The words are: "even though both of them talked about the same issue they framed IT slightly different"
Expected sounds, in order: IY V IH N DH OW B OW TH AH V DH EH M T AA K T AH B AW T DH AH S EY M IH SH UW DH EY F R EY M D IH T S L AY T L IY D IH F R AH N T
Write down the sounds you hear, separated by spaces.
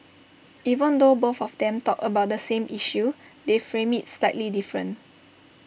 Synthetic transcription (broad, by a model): IY V IH N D OW B OW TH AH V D EH M T AA K AH B AW T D AH S EY M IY SH UW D EY F R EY M IH T S L AY T L IY D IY F R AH N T